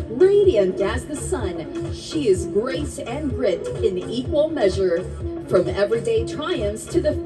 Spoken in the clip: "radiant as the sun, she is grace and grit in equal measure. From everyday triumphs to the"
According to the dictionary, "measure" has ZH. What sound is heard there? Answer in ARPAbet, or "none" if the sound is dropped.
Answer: ZH